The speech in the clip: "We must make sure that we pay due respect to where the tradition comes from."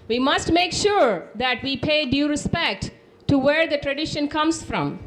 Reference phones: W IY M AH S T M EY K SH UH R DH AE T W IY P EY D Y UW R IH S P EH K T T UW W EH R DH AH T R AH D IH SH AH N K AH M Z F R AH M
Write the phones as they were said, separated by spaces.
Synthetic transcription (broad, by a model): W IY M AH S T M EY K SH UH R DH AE T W IY P EY D Y UW R IH S P EH K T T UW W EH R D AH T R AH D IH SH AH N K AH M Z F R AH M